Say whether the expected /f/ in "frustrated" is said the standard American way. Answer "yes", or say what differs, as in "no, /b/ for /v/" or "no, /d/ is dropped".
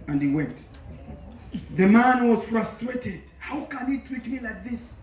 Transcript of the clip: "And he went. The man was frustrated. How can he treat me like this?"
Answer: yes